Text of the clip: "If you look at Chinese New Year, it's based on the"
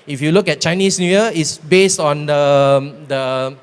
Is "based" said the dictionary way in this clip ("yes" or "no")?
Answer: yes